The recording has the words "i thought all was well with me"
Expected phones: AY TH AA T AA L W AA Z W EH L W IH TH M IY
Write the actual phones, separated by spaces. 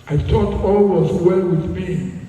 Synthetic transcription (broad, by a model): AY T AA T AA L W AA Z W EH L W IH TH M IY